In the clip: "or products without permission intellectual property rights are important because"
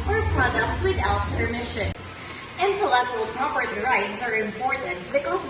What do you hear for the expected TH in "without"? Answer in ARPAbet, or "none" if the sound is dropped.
T